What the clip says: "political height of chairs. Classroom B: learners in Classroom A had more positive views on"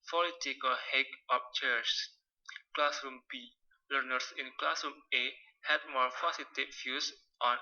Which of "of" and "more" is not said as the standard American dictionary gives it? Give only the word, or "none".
of